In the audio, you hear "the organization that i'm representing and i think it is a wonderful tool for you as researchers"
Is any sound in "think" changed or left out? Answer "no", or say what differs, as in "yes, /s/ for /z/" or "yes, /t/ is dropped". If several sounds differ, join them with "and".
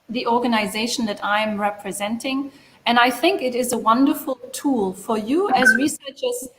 no